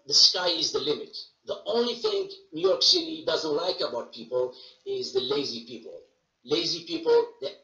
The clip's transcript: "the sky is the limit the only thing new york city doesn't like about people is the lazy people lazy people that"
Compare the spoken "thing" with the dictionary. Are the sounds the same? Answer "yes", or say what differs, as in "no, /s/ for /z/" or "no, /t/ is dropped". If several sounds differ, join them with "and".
yes